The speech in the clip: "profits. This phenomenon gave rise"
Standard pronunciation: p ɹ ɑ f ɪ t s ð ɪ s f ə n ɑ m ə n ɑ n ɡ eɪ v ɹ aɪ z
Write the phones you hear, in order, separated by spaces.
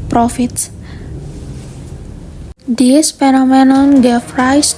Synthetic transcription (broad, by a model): p ɹ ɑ f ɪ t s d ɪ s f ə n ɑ m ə n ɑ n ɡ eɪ f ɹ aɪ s